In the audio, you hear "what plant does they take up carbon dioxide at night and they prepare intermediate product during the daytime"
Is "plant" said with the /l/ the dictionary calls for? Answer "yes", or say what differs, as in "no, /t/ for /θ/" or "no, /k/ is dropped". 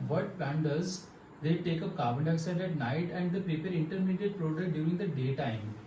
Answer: no, /l/ is dropped